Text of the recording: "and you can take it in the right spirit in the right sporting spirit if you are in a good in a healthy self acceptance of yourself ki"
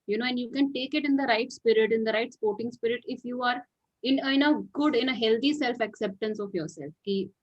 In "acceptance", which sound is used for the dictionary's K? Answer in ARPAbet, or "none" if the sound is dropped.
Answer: K